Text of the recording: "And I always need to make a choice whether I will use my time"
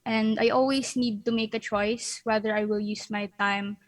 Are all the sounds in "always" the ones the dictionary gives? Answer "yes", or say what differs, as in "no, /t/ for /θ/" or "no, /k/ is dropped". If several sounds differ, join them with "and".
no, /s/ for /z/